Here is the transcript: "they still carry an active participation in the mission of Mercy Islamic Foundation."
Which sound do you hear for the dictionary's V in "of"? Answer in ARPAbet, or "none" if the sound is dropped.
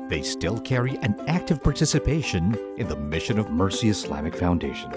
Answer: V